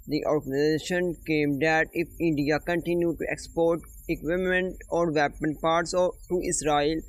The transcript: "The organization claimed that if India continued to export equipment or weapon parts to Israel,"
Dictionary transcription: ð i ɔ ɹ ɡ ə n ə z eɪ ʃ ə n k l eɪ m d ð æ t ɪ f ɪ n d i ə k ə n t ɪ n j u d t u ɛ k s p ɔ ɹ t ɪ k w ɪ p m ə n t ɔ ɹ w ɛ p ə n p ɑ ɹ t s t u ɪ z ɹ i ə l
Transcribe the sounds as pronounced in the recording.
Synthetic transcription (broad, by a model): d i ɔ ɹ ɡ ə n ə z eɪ ʃ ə n k eɪ m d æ t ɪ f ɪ n d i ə k ə n t ɪ n j u d t u ɛ k s p ɔ ɹ t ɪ k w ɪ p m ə n t ɔ ɹ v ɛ p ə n p ɑ ɹ t s t u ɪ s ɹ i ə l